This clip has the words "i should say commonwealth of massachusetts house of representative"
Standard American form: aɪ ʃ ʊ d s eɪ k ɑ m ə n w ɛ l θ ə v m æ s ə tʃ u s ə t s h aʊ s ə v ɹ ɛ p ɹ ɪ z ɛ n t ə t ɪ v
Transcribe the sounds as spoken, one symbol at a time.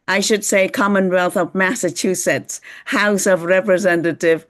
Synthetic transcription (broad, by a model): aɪ ʃ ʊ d s eɪ k ɑ m ə n w ɛ l θ ə v m æ s ə tʃ u s ə t s h aʊ s ə v ɹ ɛ p ɹ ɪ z ɛ n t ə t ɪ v